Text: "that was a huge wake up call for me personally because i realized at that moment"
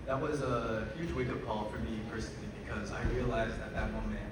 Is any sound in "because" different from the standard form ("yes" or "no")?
no